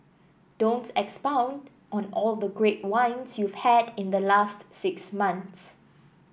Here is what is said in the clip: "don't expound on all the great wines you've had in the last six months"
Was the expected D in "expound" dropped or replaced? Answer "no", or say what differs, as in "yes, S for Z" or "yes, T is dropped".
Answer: no